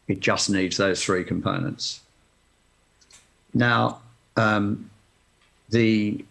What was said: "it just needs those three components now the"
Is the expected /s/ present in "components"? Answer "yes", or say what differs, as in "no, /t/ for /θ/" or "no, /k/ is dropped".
yes